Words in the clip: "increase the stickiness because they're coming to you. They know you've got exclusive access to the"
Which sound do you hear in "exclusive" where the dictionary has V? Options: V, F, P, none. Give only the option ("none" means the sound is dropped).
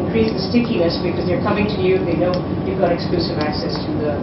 V